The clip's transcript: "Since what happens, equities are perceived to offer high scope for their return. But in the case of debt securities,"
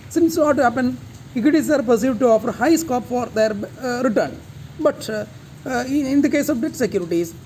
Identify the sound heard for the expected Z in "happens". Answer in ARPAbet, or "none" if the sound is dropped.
none